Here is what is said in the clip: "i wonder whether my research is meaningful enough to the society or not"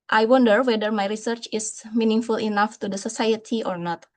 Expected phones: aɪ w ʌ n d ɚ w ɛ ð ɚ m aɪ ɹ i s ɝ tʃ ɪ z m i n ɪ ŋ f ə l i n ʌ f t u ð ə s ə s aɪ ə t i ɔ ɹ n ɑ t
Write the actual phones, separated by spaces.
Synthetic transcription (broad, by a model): aɪ w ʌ n d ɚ w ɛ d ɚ m aɪ ɹ i s ɝ tʃ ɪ s m i n ɪ ŋ f ə l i n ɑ f t u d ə s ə s aɪ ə t i ɔ ɹ n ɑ t